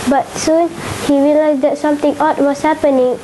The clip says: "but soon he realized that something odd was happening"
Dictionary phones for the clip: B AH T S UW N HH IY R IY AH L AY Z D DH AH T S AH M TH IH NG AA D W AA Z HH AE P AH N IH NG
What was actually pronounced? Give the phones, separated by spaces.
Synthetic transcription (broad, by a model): B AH T S UW N HH IY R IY L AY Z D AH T S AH M T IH NG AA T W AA S HH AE P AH N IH NG